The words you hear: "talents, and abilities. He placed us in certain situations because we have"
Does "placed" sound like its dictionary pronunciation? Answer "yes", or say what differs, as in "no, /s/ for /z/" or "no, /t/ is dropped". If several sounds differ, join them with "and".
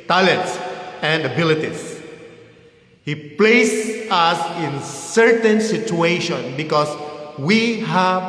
no, /t/ is dropped